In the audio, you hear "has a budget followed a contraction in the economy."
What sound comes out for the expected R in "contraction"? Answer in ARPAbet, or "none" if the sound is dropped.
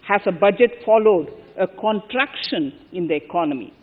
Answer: R